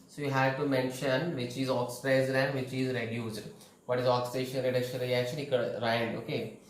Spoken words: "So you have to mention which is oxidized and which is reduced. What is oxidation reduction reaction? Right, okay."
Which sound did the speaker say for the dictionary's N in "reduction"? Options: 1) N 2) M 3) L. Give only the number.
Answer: 3